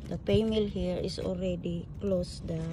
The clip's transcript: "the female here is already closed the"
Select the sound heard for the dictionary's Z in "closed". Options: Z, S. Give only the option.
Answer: S